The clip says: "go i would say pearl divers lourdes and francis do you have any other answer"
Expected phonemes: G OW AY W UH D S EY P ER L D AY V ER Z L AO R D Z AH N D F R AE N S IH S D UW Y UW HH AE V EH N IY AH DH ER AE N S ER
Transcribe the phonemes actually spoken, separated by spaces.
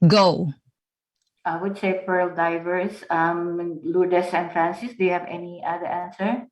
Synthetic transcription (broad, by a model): G OW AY W UH D S EY P ER L D AY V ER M L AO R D S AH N F R AE N S IH S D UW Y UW HH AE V EH N IY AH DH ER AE N S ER